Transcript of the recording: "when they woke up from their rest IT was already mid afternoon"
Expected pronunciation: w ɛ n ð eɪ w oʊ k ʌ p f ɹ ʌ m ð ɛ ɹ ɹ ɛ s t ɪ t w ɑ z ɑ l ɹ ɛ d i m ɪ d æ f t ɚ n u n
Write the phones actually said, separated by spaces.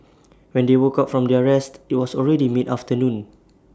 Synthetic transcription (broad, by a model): w ɛ n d eɪ w oʊ k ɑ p f ɹ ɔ m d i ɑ ɹ ɛ s t ɪ t w ɑ s ɑ l ɹ ɛ d i m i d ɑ f t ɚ n u n